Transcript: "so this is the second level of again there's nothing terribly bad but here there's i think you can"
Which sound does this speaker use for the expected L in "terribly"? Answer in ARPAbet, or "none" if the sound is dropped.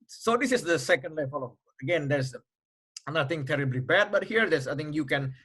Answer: L